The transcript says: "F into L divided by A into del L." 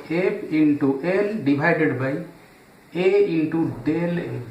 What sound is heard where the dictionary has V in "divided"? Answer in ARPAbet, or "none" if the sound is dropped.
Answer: B